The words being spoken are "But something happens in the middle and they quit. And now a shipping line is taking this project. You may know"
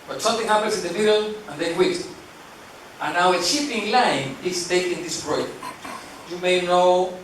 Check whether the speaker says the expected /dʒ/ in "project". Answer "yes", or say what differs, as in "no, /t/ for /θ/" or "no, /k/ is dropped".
no, /dʒ/ is dropped